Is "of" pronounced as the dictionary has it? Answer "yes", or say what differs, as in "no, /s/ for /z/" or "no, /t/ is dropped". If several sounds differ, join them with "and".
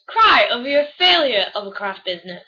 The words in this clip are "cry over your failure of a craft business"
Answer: yes